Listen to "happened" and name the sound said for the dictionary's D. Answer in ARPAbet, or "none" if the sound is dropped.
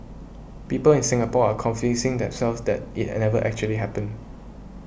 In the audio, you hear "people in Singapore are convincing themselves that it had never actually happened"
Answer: none